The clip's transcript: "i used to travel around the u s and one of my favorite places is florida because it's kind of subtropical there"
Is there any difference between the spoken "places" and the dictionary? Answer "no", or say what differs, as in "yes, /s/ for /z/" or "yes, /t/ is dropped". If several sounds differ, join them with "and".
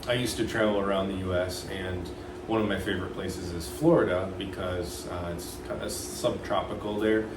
no